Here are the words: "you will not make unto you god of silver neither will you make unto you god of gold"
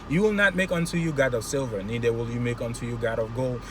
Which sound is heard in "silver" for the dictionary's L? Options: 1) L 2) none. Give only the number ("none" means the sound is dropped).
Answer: 1